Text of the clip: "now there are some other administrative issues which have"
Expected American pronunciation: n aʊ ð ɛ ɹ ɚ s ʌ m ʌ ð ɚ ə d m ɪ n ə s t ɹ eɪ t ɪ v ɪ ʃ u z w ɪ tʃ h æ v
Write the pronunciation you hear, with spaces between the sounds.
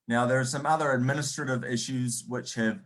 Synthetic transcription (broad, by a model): n aʊ ð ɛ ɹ s ʌ m ʌ ð ɚ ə d m ɪ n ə s t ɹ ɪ t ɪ v ɪ ʃ u z w ɪ tʃ h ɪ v